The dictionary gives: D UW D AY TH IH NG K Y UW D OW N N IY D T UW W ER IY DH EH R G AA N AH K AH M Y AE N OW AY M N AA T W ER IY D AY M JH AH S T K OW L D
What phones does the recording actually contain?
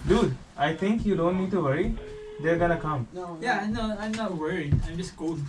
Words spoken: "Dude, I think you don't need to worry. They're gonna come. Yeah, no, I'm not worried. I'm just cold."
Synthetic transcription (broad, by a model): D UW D AY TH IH NG K Y UW D OW N N IY D T UW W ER IY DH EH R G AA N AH K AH M Y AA N OW AY M N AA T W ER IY AY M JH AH S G OW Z